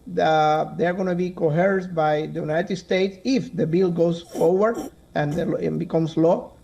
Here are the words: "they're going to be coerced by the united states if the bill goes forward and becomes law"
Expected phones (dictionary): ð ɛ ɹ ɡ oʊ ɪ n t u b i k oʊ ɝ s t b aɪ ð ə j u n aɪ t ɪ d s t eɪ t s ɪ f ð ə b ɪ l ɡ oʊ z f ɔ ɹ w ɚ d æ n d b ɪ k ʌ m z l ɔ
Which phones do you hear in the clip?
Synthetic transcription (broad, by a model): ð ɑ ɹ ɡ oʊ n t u b i k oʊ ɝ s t b aɪ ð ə j u n aɪ t ɪ d s t eɪ t s ɪ f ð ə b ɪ l ɡ oʊ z f ɔ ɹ w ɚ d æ n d b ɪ k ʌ m s l ɔ